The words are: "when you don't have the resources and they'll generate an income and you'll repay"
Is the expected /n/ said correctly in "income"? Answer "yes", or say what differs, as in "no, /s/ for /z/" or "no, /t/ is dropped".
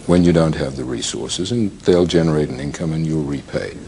yes